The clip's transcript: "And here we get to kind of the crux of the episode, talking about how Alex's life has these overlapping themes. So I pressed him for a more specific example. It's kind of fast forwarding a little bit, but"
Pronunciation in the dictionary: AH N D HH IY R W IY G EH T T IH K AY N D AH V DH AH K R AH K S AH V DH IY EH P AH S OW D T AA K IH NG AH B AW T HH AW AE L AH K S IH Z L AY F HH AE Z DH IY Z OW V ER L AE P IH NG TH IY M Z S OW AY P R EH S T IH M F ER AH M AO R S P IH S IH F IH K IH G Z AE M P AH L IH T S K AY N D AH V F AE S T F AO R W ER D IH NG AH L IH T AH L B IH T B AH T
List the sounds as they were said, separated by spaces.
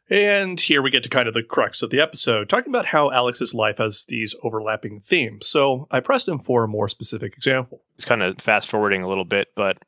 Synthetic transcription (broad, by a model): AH N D HH IY R W IY G EH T T IH K AY N D AH V DH AH K R AH K S AH V DH IY EH P AH S OW D T AA K IH NG AH B AW T HH AW AE L AH K S IH Z L AY F HH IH Z DH IY Z OW V ER L AE P IH NG TH IY M Z S OW AY P R EH S T IH M F ER AH M AO R S P IH S IH F IH K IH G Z AE M P L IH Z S K AY N D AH F AE S T F AO R W ER D IH NG AH L IH T L B IH T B AH T